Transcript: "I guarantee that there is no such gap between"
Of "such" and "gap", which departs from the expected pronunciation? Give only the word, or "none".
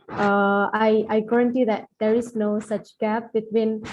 none